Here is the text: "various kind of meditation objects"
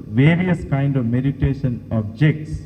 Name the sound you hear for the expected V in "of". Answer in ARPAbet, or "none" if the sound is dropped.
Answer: V